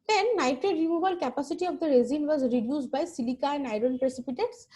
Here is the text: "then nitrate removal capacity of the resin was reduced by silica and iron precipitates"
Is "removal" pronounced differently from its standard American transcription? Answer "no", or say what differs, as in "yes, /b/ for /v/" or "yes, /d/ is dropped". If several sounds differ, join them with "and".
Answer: yes, /b/ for /v/